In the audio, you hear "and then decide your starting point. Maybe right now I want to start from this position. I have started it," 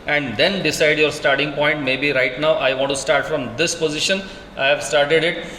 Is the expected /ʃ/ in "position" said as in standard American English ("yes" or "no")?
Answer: yes